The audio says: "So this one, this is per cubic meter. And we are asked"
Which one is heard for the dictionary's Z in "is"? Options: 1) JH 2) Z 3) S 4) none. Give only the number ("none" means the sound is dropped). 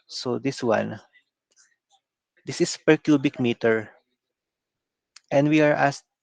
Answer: 3